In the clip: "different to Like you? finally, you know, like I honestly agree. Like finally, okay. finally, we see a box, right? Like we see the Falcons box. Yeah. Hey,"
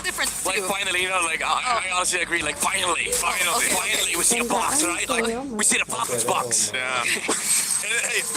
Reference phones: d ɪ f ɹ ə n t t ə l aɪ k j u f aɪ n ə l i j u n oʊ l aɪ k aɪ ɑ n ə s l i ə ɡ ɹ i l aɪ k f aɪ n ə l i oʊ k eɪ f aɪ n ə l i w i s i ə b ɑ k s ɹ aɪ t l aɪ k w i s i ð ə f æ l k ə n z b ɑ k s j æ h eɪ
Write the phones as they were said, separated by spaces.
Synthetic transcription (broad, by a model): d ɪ f ɹ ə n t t l aɪ k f aɪ n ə l i j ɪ n oʊ l aɪ k aɪ ɑ n ə s l i ə ɡ ɹ i l aɪ k f aɪ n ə l i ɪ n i f aɪ n ə l i w i s i ə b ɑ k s ɹ aɪ t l aɪ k w i s i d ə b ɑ k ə z b ɑ k s j æ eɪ